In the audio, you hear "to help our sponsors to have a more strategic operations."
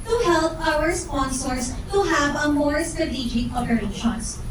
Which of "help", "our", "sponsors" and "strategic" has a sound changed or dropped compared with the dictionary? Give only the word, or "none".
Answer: sponsors